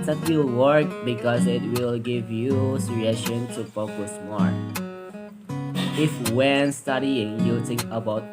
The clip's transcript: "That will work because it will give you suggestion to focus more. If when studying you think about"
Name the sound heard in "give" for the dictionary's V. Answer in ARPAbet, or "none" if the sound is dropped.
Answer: V